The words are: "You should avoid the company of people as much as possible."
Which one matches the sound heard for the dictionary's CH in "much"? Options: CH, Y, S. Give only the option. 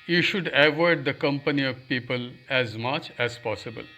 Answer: CH